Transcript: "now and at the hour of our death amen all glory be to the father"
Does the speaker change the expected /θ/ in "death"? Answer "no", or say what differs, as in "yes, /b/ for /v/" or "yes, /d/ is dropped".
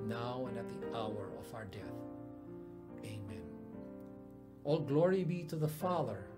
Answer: no